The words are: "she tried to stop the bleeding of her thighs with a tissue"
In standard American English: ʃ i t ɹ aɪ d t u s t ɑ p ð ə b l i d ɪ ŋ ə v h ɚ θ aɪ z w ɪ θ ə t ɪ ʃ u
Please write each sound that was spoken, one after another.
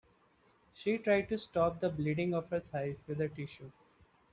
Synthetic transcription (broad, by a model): ʃ i t ɹ aɪ d t u s t ɑ p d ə b l i d ɪ ŋ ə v h ɚ t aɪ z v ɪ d ə t ɪ ʃ u